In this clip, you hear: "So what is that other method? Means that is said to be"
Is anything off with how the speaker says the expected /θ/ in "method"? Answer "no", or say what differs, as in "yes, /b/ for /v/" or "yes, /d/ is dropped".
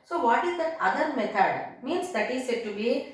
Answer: yes, /t/ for /θ/